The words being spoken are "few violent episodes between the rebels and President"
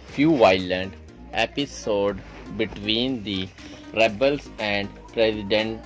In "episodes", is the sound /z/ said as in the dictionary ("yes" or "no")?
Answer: no